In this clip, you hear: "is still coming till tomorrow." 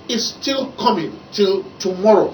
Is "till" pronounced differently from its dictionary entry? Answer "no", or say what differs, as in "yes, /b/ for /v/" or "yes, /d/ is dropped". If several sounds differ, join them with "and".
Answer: no